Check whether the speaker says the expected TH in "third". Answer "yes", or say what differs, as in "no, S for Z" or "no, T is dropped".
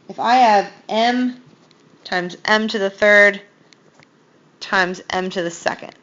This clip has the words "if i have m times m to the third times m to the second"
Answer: yes